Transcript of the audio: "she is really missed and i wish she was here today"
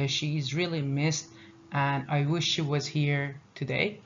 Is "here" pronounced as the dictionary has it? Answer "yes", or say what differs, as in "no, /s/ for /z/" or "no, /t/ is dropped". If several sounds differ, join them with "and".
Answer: yes